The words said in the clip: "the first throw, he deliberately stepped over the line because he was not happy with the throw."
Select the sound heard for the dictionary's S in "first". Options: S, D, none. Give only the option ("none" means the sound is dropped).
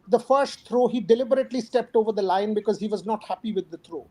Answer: S